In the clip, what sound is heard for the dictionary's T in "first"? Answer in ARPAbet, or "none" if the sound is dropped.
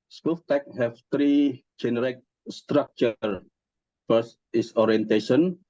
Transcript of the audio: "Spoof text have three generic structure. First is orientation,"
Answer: none